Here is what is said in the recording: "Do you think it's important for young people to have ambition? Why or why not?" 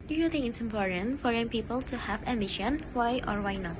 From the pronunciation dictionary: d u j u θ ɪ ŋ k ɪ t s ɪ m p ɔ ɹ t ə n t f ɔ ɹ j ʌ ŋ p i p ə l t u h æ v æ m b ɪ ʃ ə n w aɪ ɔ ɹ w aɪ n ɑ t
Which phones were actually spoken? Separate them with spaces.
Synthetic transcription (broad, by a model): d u j u t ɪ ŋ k ɪ t s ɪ m p ɔ ɹ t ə n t f ɔ ɹ j ʌ ŋ p i p ə l t u h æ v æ m ɪ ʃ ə n w aɪ ɔ ɹ w aɪ n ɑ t